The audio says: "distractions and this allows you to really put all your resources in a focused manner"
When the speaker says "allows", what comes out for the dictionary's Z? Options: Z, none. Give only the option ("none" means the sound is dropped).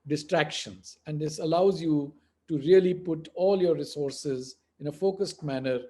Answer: Z